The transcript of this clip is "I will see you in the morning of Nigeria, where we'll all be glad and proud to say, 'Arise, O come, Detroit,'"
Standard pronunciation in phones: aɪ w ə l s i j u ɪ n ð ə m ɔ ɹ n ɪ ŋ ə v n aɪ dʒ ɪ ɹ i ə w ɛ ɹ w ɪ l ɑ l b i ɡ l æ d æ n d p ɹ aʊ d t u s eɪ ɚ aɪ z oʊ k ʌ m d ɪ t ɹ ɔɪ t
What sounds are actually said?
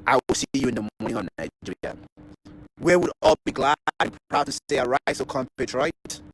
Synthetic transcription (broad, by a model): aɪ w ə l s i j u ɪ n ð ə m ɔ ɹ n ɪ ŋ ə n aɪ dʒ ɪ w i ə w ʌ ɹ ɑ l b i ɡ l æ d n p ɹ aʊ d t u s eɪ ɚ aɪ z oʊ k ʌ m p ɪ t ɹ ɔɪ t